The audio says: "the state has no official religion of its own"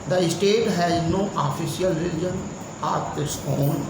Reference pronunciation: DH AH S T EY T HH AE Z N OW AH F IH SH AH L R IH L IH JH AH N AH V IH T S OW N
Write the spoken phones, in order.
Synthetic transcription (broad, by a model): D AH S T EY T HH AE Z N OW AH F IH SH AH L R IH L IH JH AH N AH P IH T S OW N